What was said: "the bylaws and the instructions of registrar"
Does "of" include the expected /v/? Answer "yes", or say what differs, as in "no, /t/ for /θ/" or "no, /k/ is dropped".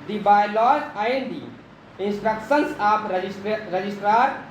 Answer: no, /p/ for /v/